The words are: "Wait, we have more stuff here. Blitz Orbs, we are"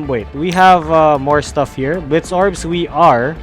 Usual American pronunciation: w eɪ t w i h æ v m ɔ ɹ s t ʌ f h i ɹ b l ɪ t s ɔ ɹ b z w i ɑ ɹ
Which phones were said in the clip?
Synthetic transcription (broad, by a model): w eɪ t w i h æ v m ɔ ɹ s t ʌ f h i ɹ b ɪ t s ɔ ɹ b s w i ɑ ɹ